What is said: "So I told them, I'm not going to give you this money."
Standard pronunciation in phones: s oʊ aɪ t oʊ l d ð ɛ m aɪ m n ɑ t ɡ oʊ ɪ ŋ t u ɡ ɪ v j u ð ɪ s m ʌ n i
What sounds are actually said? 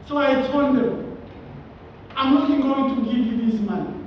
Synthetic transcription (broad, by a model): s oʊ aɪ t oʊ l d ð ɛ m aɪ m l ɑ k ɡ oʊ ɪ ŋ t u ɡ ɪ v j u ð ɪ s m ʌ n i